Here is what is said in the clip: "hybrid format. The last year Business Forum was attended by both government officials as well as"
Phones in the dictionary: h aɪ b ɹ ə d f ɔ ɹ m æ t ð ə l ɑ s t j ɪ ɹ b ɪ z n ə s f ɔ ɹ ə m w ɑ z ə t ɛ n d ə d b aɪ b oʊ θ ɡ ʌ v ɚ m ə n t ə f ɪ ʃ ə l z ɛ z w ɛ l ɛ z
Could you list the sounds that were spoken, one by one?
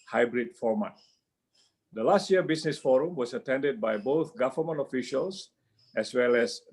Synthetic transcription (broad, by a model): h aɪ b ɹ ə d f ɔ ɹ m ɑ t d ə l ɑ s t j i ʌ b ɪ s n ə s f ɔ ɹ ə m w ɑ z ə t ɛ n d ə d b aɪ b oʊ θ ɡ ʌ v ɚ m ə n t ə f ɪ ʃ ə l s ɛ s w ɛ l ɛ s